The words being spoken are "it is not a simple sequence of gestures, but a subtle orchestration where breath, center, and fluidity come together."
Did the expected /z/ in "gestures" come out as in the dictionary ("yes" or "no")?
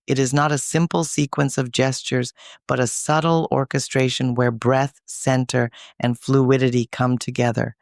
yes